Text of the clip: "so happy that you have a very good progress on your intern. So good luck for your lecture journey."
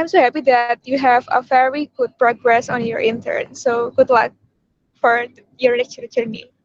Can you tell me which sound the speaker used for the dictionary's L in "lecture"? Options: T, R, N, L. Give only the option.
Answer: N